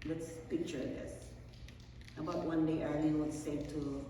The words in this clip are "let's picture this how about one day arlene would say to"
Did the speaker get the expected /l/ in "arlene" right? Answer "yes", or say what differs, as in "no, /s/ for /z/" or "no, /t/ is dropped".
no, /n/ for /l/